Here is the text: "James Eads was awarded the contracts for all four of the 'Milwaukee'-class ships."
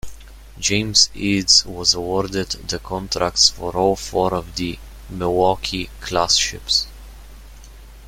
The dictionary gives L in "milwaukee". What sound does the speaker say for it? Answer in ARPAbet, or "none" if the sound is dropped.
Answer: none